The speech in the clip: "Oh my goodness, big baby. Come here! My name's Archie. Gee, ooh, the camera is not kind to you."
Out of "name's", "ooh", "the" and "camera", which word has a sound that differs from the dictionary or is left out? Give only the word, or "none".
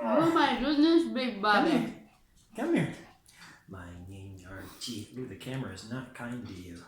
name's